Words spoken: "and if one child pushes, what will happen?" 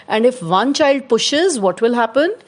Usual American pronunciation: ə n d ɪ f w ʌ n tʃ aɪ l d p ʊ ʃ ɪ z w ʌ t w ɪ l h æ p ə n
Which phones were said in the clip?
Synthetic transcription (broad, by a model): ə n d ɪ f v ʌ n tʃ aɪ l d p ʊ ʃ ɪ z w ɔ t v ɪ l h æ p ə n